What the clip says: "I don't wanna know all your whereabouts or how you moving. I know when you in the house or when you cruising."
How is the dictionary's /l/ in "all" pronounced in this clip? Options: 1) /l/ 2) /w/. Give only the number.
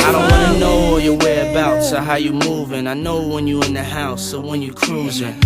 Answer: 2